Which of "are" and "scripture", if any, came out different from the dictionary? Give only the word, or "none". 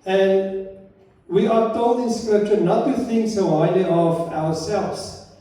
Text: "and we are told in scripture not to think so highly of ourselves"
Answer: none